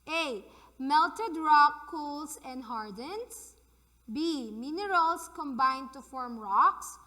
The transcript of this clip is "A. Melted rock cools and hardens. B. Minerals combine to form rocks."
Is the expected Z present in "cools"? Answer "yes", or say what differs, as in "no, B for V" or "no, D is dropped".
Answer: no, S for Z